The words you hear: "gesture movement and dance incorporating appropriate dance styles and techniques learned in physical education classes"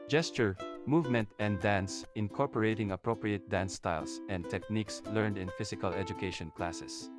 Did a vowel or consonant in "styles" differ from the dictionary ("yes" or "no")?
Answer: yes